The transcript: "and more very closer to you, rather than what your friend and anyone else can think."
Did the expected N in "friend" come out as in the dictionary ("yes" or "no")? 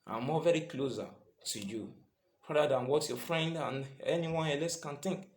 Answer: yes